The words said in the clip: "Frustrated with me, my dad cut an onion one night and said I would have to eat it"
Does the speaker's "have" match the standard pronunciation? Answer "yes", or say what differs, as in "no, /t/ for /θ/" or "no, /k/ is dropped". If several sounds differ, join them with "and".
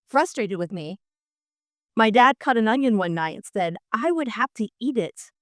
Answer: no, /f/ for /v/